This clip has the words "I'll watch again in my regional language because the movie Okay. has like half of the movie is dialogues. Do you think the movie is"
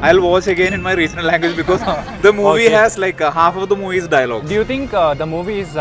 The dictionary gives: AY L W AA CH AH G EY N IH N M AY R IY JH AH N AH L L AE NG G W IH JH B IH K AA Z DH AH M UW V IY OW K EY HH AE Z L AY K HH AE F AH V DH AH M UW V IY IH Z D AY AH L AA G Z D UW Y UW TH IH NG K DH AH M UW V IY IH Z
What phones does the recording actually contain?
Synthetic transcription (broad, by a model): AY L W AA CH AH G EY N IH N M AY R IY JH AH N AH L L AE NG G W IH JH B IH K AA Z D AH M UW V IY HH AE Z L AY K HH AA F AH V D AH M UW V IY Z D AY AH L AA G D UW Y UW T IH NG K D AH M UW V IY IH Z